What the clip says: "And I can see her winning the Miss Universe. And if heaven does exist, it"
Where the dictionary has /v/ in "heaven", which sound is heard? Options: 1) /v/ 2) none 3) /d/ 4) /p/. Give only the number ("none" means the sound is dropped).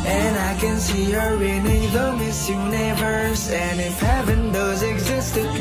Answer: 4